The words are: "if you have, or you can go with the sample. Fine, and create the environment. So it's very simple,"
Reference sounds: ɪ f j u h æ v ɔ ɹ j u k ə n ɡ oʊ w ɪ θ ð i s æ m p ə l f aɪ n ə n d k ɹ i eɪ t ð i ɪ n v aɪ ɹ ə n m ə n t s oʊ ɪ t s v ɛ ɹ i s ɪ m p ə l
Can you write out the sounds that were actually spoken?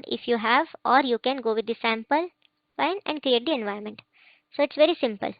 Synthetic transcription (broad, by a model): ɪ f j u h æ v ɔ ɹ j u k ə n ɡ oʊ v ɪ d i s æ m p ə l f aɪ n ə n d k ɹ i eɪ t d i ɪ n v aɪ ə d m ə n t s oʊ ɪ t s v ɛ ɹ i s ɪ m p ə l